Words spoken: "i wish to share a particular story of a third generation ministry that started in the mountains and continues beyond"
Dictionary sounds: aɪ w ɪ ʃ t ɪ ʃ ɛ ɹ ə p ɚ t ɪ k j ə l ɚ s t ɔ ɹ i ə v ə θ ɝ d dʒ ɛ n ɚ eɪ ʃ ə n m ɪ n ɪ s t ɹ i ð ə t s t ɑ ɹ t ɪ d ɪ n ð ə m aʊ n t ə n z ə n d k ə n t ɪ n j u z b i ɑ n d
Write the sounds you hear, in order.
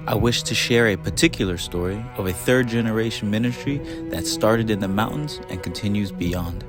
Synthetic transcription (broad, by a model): aɪ w ɪ ʃ t ɪ ʃ ɛ ɹ ə p ɚ t ɪ k j l ɚ s t ɔ ɹ i ə v ə θ ɝ d dʒ ɛ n ɚ eɪ ʃ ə n m ɪ n ɪ s t ɹ i ð ə t s t ɑ ɹ t ɪ d ɪ n ð ə m aʊ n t n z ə n k n t ɪ n j u z b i ɑ n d